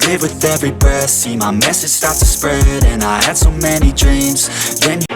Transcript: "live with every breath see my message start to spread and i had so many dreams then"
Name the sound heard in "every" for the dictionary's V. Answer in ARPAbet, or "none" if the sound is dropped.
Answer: V